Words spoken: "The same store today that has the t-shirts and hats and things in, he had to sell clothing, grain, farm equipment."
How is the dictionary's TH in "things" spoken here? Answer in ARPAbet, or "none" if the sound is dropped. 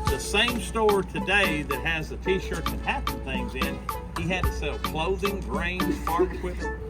TH